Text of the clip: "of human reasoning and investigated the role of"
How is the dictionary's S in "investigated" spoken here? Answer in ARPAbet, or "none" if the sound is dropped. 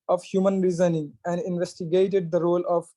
S